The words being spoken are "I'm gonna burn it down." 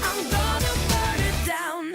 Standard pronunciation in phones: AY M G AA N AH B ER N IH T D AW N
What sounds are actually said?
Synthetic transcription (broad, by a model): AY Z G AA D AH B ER IH T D AW N